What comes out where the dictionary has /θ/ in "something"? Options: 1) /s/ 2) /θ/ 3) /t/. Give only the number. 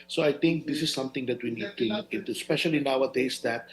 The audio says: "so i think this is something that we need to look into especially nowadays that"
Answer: 3